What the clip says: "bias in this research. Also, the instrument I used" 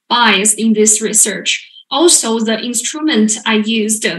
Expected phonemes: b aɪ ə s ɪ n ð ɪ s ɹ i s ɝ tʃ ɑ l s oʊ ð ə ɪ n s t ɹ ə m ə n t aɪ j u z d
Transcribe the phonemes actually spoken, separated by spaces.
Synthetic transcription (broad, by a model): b aɪ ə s ɪ n ð ɪ s ɹ i s ɝ tʃ ɑ l s oʊ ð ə ɪ n s t ɹ ə m ə n t aɪ j u z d